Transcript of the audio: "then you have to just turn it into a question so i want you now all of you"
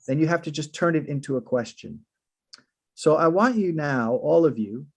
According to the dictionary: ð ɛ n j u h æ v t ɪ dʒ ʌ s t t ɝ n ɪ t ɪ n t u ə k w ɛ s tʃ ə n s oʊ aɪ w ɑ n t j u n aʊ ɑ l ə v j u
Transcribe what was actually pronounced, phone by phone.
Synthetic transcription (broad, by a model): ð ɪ n j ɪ h æ f t ɪ dʒ ʌ s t t ɝ n ɪ t ɪ n t u ə k w ɛ s tʃ ə n s oʊ aɪ w ɑ n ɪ n aʊ ɑ l ə v j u